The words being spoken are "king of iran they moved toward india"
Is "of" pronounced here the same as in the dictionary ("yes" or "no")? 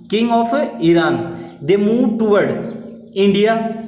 no